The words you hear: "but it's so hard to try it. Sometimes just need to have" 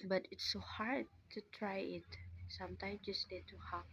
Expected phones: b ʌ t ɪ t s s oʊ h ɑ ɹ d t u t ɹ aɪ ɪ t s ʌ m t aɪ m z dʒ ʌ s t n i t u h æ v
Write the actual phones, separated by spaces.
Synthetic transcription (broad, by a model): b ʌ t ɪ t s s oʊ h ɑ ɹ d t u t ɹ aɪ ɪ t s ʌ m t aɪ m dʒ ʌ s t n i t u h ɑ